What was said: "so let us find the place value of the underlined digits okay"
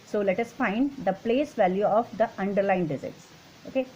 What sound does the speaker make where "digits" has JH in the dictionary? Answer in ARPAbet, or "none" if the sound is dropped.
Z